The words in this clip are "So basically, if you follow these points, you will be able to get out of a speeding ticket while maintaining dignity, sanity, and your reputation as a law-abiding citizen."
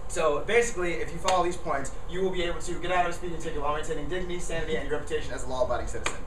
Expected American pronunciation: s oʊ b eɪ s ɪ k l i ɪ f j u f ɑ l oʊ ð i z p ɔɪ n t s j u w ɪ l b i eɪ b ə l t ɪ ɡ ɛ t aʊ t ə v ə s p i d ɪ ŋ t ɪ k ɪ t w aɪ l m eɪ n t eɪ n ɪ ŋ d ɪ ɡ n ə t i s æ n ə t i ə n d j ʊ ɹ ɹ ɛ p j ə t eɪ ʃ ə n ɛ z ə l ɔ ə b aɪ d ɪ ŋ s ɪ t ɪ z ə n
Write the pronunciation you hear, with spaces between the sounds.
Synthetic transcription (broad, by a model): s oʊ b eɪ s ɪ k l i ɪ f j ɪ f ɑ l oʊ ð i z p ɔɪ n t s j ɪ w ɪ l b i eɪ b l t ɪ ɡ ɛ t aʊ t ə ə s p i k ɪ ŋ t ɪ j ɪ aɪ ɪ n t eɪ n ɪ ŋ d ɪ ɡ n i s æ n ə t i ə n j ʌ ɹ ɹ ɛ p j ə t eɪ ʃ ə n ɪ z ə l ɔ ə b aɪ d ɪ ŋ s ɪ t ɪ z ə n